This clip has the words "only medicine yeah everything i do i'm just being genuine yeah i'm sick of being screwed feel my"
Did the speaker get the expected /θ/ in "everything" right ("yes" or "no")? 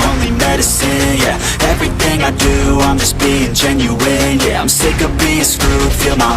yes